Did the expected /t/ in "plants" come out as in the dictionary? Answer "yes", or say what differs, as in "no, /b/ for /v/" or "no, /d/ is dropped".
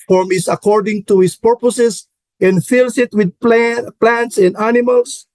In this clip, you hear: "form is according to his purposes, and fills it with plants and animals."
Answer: yes